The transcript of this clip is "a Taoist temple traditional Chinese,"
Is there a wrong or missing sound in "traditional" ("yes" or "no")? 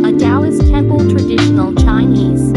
no